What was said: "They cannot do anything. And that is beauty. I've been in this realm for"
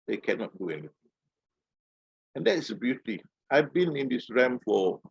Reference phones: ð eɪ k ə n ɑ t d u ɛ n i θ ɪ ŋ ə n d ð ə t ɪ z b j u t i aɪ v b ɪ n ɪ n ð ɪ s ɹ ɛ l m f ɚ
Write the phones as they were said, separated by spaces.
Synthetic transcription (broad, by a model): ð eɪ k ə n ɑ t d u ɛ n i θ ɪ ŋ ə n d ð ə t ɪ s b j u t i aɪ v b ɪ n ɪ n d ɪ s ɹ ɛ m f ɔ